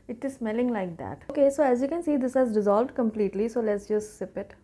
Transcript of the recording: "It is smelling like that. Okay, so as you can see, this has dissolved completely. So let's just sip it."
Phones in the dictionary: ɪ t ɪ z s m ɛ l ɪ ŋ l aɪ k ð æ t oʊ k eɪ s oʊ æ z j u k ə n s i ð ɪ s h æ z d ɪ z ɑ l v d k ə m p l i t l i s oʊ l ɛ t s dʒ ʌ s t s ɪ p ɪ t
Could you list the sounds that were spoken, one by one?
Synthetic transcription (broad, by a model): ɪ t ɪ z s m ɛ l ɪ ŋ l aɪ k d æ t oʊ k eɪ s oʊ æ z j u k ə n s i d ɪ s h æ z d ɪ z ɑ l v d k ə m p l i t l i s oʊ l ɛ t s dʒ ʌ s t s ɪ p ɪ t